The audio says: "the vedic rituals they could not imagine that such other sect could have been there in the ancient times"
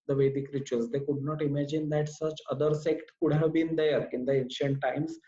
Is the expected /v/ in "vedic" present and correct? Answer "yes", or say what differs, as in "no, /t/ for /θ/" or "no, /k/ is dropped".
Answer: yes